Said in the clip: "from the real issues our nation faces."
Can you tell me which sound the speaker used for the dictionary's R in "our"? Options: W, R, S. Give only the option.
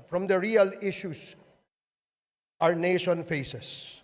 R